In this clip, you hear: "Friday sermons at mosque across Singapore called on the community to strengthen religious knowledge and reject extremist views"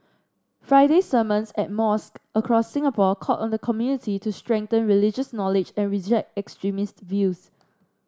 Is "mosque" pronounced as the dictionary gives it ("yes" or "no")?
yes